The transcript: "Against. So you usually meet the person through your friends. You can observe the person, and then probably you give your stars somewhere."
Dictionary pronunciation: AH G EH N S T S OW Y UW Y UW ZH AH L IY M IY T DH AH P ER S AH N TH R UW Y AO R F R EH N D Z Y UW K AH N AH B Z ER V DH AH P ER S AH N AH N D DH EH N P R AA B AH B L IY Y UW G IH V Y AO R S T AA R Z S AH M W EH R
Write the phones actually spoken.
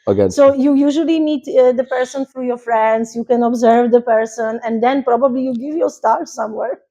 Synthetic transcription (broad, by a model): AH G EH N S S OW Y UW Y UW ZH AH L IY M IY T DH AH P ER S AH N F R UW Y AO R F R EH N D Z Y UW K AH N AH B Z ER V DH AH P ER S AH N AH N D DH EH N P R AA B AH B L IY Y UW G IH V Y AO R S T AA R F S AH M W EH R